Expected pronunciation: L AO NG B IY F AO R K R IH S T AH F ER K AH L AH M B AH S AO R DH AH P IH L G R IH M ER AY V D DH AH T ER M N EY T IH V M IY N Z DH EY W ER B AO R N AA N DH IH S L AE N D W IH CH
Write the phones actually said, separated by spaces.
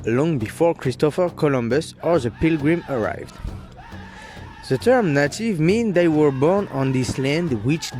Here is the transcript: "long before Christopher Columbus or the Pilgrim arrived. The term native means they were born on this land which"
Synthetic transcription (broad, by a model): L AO NG B IY F AO R K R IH S T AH F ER K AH L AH M B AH S AO R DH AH P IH L G R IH M ER AY V D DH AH T ER M N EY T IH V M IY N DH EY W ER B AO R N AA N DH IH S L AE N D W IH CH